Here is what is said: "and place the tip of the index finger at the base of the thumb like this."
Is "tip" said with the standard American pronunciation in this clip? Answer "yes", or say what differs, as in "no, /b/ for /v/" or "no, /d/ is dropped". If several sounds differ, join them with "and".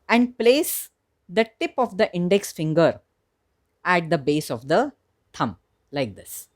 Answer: yes